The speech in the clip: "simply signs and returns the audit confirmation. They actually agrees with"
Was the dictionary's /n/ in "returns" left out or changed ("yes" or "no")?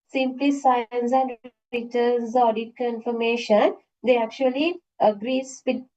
yes